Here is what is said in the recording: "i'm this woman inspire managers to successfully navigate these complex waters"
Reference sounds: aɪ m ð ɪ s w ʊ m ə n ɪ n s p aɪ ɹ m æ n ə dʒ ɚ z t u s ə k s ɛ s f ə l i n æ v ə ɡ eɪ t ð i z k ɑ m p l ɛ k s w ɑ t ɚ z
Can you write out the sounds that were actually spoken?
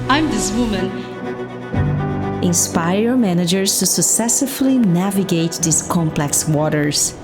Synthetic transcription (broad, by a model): aɪ m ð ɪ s w ʊ m ə n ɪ n s p aɪ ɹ m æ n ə dʒ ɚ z t u s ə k s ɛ s ə l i n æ v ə ɡ eɪ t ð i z k ɑ m p l ɛ k s w ɑ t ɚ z